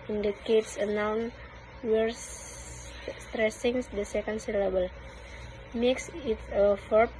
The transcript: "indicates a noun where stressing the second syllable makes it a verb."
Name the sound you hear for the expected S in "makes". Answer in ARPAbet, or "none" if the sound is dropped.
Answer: S